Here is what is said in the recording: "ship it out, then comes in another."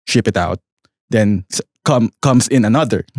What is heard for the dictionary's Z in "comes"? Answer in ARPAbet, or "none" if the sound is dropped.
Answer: S